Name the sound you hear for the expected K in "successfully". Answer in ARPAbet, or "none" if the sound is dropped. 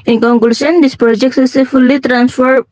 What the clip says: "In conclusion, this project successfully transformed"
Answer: none